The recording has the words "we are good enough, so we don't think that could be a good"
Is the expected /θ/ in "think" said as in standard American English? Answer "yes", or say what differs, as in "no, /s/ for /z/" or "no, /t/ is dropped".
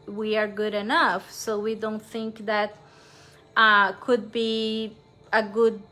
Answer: yes